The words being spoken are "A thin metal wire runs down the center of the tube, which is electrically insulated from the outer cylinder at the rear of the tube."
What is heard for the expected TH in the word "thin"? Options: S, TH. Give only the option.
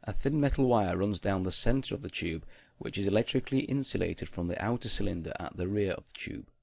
TH